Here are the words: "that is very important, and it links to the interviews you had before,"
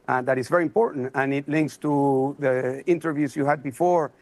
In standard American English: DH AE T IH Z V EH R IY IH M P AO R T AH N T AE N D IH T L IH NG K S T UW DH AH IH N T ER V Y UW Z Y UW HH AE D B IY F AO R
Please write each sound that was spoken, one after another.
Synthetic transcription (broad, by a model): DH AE T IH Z V EH R IY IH M P AO R T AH N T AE N IH T L IH NG K S T UW DH AH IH N T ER V Y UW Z Y UW HH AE D B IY F AO R